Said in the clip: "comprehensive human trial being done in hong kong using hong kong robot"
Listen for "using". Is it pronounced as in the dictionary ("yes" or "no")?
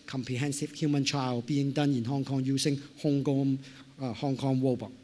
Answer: no